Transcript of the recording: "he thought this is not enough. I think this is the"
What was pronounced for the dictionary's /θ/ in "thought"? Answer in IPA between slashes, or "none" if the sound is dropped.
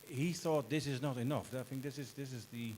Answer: /θ/